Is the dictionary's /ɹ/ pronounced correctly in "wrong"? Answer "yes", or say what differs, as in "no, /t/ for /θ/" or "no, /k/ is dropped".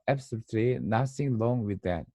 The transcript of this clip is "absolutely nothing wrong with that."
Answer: no, /l/ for /ɹ/